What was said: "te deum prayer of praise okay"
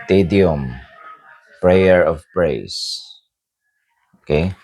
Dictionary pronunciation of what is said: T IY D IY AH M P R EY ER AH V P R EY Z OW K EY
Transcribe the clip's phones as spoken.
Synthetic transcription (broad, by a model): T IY D IY AH M P R EY ER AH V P R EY S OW K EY